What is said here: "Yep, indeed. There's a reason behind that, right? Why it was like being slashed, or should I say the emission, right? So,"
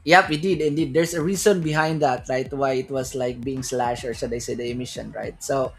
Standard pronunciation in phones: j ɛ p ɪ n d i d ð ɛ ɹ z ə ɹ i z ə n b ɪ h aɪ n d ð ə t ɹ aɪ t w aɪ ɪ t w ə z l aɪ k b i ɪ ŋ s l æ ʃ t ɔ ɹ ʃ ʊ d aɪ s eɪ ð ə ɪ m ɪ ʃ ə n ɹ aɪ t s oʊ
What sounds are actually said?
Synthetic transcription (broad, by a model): j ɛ p ɪ n d i d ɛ ɹ s ə ɹ i s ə n b ɪ h aɪ n d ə t ɹ aɪ t w aɪ ɪ t w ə s l aɪ k b i ɪ ŋ s l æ ʃ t ɔ ɹ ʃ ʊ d aɪ s eɪ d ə ɪ m ɪ ʃ ə n ɹ aɪ t s oʊ